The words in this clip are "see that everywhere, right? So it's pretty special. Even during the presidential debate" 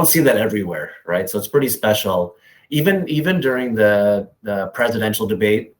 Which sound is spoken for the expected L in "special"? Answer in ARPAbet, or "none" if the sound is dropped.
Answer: N